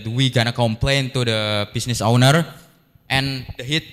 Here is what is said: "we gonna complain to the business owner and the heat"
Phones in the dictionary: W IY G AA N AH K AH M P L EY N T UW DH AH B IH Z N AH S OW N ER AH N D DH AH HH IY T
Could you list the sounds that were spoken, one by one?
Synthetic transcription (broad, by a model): W IY G AA N AH K AH M P L EY N T UW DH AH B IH S N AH S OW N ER AH N D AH HH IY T